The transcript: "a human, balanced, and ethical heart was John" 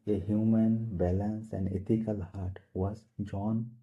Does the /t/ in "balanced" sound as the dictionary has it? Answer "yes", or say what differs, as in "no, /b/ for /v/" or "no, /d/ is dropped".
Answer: no, /t/ is dropped